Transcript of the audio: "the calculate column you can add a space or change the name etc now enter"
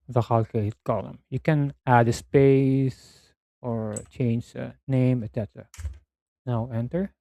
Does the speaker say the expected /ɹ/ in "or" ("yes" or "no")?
yes